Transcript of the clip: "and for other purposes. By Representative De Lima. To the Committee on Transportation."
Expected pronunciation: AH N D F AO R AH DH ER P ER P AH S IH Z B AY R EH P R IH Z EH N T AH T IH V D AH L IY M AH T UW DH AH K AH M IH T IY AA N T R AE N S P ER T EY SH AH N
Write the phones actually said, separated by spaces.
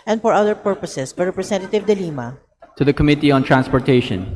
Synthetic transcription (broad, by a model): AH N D F AO R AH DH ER P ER P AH S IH S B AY R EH P R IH S EH N T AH T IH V D AH L IY M AH T UW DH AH K AH M IH T IY AA N T R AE N S P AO T EY SH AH N